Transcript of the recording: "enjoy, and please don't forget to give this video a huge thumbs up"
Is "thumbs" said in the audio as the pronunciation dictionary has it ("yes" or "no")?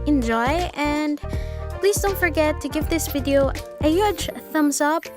no